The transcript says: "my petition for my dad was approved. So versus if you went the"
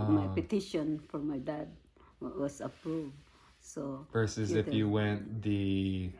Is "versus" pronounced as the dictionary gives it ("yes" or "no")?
no